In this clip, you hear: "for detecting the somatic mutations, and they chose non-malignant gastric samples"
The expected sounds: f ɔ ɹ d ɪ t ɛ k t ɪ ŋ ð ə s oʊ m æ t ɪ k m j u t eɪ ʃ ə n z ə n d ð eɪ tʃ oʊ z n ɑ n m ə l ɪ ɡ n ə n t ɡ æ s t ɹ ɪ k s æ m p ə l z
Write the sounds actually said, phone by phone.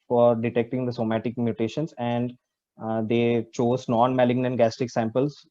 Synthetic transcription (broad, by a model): f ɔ ɹ d ɪ t ɛ k t ɪ ŋ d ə s oʊ m æ t ɪ k m j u t eɪ ʃ ə n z ə n d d eɪ tʃ oʊ z n ɑ n m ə l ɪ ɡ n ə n ɡ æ s t ɪ k s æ m p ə l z